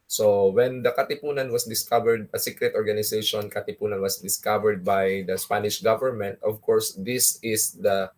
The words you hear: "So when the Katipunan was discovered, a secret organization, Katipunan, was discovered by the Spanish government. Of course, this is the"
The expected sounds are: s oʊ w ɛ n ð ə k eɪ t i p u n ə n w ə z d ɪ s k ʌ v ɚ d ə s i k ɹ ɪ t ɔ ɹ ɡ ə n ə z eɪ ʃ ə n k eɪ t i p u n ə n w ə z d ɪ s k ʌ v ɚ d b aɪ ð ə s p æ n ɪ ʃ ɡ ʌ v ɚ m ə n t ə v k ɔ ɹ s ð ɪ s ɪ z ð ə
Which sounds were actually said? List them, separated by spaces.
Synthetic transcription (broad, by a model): s oʊ w ɛ n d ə k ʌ t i p u n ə n w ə s d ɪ s k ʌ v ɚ d ə s i k ɹ ɪ t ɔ ɹ ɡ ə n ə s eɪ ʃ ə n k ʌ t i p u n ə n w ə s d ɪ s k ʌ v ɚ d b aɪ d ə s p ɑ n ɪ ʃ ɡ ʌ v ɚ m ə n t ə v k ɔ ɹ s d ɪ s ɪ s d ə